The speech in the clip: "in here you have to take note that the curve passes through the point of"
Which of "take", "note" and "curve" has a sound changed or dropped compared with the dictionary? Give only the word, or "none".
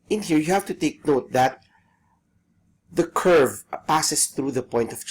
none